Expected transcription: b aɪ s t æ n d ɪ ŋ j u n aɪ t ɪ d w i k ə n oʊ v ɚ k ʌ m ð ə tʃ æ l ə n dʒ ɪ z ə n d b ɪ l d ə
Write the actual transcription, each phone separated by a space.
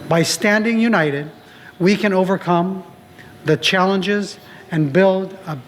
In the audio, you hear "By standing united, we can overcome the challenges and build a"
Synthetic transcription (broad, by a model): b aɪ s t æ n d ɪ ŋ j u n aɪ t ɪ d w i k ə n oʊ v ɚ k ʌ m ð ə tʃ æ l ə n dʒ ɪ z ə n b ɪ l d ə